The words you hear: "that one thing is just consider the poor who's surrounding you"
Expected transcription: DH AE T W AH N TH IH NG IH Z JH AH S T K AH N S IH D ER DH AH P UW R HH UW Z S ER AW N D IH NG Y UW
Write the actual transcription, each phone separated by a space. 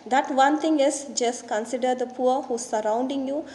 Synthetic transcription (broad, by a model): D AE T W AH N T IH NG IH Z JH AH S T K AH N S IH D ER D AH P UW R HH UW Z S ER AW N D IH NG Y UW